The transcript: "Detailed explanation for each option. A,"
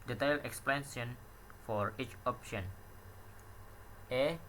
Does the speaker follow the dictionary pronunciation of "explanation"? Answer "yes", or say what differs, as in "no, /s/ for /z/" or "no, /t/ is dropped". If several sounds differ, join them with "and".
no, /ʃ/ is dropped